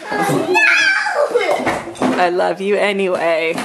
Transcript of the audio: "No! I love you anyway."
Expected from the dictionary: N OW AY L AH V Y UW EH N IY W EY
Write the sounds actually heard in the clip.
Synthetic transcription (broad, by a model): AY L AH V Y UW EH N IY W EY